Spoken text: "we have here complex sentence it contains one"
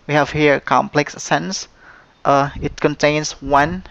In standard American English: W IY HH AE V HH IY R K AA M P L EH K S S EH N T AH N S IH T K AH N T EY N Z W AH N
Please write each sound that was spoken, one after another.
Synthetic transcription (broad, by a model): W IY HH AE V HH IY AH K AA M P L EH K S S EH N T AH IH T K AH N T EY N S W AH N